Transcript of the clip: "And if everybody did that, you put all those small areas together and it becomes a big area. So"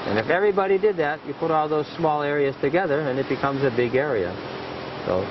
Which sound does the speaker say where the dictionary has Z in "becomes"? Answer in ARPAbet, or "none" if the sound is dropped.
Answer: Z